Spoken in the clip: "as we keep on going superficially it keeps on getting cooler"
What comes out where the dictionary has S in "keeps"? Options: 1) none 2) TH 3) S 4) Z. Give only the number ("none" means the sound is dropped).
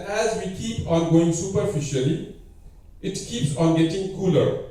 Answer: 3